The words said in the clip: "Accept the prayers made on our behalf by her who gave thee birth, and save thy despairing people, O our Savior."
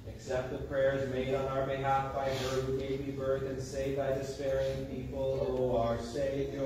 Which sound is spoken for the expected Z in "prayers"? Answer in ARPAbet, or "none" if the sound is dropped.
Z